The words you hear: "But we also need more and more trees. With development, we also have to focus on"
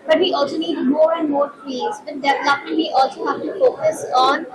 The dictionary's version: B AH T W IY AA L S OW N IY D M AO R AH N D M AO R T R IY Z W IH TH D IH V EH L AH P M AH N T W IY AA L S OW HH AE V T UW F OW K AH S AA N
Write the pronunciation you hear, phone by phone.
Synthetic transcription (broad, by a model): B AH T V IY AA L S OW N IY D M AO R AH N D M AO R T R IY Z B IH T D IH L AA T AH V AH T AA L S OW HH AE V T UW F OW K AH S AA N